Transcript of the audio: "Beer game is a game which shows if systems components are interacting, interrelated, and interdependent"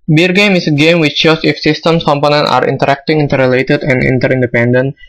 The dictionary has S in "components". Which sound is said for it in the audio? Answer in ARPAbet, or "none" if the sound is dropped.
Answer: none